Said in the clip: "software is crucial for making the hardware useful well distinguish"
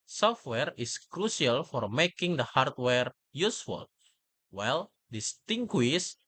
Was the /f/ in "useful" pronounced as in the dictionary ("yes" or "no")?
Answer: yes